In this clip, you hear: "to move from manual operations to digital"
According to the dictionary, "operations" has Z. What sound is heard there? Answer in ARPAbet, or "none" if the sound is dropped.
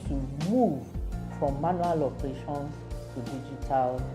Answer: none